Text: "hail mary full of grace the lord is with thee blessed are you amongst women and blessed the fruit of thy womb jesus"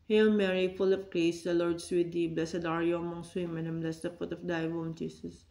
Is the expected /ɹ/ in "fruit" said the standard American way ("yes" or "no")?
no